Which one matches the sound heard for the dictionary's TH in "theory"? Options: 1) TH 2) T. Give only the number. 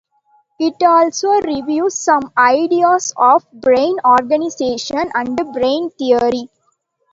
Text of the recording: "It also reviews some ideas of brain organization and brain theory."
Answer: 2